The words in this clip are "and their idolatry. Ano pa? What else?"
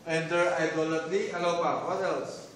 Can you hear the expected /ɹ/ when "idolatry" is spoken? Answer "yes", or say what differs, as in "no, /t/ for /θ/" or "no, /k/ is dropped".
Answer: no, /l/ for /ɹ/